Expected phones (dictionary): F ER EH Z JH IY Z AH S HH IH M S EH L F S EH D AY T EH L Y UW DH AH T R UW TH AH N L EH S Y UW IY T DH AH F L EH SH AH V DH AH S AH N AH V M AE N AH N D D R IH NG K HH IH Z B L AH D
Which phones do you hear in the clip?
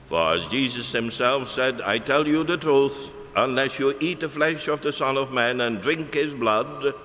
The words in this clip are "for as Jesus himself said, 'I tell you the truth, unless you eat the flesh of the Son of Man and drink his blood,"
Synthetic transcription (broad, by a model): F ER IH Z JH IY Z AH S HH IH M S EH L F S EH D AY T EH L Y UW DH AH T R UW TH AH N L EH S Y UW IY T DH AH F L EH SH AH V DH AH S AH N AH V M AE N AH N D D R IH NG K HH IH Z B L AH D